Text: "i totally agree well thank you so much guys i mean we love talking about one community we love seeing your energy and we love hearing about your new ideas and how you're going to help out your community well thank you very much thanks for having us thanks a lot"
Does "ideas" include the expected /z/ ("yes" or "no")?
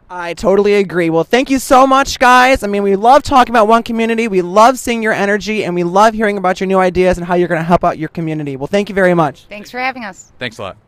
yes